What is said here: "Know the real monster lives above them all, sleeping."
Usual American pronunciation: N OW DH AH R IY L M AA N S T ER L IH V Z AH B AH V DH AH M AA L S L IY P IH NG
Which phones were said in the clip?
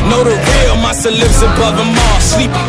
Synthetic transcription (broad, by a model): N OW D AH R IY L M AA S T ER L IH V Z AH B AH V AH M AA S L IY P